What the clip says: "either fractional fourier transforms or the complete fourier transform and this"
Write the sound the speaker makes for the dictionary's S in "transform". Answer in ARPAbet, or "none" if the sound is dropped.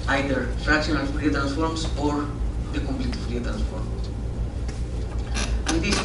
S